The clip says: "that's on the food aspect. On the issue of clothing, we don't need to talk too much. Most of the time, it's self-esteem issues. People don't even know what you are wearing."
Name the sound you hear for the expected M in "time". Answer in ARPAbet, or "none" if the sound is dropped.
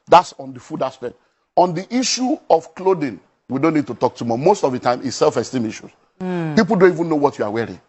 M